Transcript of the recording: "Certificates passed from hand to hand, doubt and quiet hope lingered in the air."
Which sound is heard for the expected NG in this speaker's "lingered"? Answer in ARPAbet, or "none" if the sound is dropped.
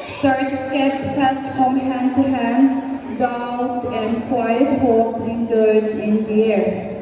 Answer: none